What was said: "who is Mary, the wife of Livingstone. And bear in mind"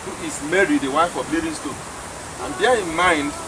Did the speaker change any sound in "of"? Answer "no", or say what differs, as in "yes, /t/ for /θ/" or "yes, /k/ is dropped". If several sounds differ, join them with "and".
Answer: yes, /b/ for /v/